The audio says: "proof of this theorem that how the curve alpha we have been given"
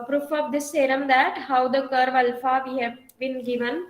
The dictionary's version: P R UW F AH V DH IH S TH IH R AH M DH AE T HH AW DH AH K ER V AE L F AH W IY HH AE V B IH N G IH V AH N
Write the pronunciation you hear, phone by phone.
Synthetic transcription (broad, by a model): P R UW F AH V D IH S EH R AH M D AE T HH AW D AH K ER V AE L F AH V IY HH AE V B IH N G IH V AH N